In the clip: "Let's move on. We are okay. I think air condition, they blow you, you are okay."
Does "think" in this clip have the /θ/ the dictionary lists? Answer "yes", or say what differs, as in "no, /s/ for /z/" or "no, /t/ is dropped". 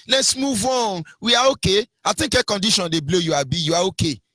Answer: no, /t/ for /θ/